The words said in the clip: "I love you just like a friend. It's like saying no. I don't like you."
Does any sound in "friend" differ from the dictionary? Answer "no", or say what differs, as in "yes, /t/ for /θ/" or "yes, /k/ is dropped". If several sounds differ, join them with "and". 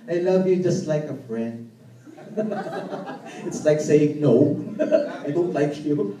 no